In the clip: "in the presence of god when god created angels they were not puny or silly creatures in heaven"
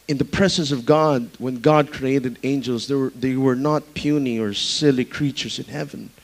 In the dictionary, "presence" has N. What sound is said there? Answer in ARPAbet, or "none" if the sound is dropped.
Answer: N